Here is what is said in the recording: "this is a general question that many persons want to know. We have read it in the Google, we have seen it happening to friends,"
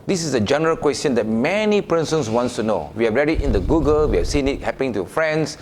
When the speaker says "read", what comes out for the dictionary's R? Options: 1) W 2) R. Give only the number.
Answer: 2